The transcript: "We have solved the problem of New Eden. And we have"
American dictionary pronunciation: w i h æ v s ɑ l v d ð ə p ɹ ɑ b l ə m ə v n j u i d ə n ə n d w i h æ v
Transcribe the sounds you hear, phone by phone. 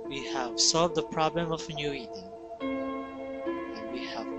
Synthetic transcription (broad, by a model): w i h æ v s ɑ l v d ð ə p ɹ ɑ b l ə m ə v n j u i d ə ə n w i h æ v